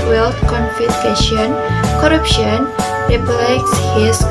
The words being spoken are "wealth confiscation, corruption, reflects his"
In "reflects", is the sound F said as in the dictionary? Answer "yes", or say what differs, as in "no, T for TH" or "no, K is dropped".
no, P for F